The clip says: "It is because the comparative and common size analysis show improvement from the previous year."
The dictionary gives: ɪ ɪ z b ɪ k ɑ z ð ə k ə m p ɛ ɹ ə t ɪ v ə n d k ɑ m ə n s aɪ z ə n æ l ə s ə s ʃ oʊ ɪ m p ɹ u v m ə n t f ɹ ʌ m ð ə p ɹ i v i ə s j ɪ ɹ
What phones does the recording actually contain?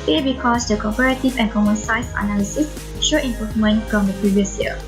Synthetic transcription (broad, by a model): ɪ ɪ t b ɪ k ɑ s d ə k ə p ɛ ɹ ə t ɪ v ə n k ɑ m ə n s aɪ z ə n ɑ l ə s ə s ʃ oʊ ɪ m p ɹ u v m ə n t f ɹ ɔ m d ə p ɹ i v i ə s j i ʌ